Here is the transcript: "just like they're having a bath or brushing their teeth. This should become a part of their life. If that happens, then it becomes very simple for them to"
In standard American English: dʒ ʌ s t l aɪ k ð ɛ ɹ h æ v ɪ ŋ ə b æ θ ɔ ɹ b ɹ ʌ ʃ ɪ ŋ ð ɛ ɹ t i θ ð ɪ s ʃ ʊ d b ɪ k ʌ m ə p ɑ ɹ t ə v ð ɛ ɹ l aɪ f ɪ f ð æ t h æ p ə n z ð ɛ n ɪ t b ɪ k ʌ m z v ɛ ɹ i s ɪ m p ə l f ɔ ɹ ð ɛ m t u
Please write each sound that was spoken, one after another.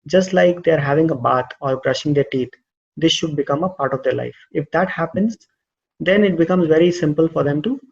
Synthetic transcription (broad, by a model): dʒ ʌ s t l aɪ k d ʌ ɹ h æ v ɪ ŋ ə b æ t ɔ ɹ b ɹ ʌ ʃ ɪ ŋ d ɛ ɹ t i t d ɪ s ʃ ʊ d b ɪ k ʌ m ə p ɑ ɹ t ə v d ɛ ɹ l aɪ f ɪ f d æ t h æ p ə n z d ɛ n ɪ t b ɪ k ʌ m z v ɛ ɹ i s ɪ m p ə l f ɔ ɹ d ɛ m t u